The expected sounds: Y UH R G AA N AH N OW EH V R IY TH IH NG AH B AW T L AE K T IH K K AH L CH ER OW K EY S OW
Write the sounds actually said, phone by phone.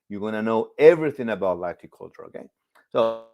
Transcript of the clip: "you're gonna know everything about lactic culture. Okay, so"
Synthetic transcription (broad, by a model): Y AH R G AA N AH N OW EH V R IY TH IH NG AH B AW T L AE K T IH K K AH L CH ER OW K EY S OW